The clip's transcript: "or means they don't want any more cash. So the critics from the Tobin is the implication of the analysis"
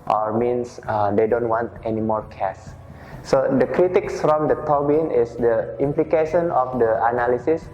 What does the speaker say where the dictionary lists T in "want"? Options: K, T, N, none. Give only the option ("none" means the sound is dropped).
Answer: T